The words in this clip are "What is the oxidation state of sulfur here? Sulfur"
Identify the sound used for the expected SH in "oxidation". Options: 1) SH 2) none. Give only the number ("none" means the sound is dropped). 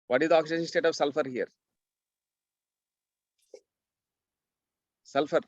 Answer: 2